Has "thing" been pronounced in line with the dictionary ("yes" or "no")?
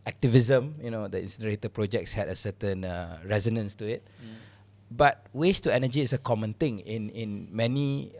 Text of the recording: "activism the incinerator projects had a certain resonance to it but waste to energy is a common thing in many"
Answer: no